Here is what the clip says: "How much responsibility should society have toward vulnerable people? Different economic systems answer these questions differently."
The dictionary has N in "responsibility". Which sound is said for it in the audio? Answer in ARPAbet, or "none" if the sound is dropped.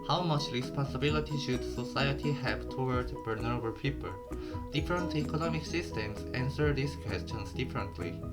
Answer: none